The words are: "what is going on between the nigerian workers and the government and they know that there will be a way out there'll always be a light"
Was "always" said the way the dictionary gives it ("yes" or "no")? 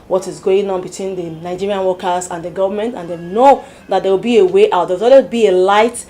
no